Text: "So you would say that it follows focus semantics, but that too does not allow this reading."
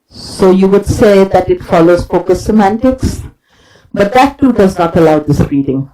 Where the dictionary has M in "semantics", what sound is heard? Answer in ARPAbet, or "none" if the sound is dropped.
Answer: M